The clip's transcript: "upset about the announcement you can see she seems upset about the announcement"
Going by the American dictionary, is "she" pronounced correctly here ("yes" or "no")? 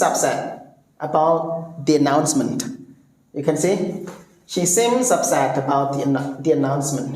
yes